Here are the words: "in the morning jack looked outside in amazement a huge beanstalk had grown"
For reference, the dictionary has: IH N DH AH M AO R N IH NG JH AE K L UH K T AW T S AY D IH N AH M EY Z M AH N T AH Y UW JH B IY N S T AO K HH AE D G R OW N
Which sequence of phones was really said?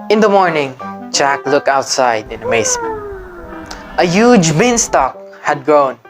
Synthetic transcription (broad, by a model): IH N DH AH M AO R N IH NG JH AE K L UH K T AW T S AY D IH N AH M EY S M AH N T AH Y UW JH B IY N S T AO K HH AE D G R OW N